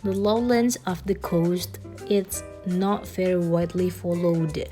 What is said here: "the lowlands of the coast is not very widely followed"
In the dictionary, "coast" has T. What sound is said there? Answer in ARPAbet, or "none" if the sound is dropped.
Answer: T